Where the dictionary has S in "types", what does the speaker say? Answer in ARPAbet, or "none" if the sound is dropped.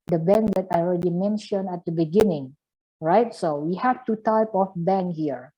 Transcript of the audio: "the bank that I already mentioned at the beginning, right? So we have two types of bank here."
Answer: none